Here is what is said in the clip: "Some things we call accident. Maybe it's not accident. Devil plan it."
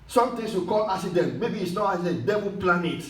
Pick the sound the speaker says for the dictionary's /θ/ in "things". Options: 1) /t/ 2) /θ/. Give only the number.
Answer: 1